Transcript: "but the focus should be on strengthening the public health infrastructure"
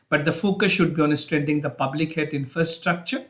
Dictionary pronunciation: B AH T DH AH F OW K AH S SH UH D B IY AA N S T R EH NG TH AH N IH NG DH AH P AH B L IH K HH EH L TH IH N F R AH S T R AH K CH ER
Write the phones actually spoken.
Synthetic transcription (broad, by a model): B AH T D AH F OW K AH S SH UH D B IY AA N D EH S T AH N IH NG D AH P AH B L IH K HH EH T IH N F R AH S T R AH K CH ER